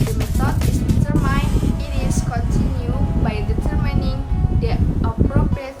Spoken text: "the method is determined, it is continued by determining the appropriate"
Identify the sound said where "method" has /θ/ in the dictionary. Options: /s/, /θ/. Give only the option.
/s/